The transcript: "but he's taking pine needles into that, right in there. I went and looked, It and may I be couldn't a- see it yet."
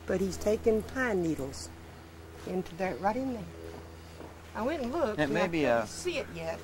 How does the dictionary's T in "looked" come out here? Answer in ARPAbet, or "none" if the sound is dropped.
none